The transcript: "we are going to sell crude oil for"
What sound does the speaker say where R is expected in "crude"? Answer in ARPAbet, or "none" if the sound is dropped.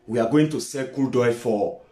none